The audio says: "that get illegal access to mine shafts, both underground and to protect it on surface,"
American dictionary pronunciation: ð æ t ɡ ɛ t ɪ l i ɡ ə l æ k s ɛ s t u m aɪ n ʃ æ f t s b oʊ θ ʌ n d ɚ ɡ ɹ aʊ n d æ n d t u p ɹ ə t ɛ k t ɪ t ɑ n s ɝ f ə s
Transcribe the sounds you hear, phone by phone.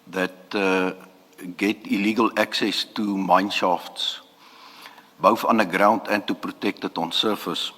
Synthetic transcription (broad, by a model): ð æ t ɡ ɛ t ɪ l i ɡ ə l æ k s ɛ s t u m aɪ n ʃ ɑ f t s b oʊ f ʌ n d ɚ ɡ ɹ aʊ n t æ n t u p ɹ ə t ɛ k t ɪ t ɑ n s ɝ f ə s